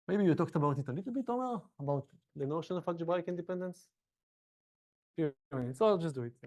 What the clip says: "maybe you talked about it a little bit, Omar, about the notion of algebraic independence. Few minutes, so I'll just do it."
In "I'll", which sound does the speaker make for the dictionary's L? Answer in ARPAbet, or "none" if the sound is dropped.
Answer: L